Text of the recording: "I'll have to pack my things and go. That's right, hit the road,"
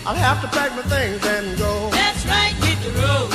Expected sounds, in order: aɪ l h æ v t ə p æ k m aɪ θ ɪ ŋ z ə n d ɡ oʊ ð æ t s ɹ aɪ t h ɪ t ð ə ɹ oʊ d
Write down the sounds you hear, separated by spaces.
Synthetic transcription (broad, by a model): aɪ l h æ f t ə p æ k m aɪ θ ɪ ŋ z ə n ɡ oʊ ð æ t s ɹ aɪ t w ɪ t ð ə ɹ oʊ